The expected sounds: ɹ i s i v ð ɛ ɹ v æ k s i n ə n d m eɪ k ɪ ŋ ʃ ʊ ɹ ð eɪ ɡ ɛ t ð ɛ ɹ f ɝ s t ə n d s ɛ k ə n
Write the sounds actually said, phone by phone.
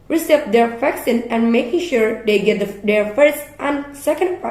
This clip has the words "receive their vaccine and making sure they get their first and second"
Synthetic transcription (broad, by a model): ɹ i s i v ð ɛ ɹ f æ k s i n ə n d m eɪ k ɪ ŋ ʃ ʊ ɹ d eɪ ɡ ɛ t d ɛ ɹ f ɝ s t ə n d s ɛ k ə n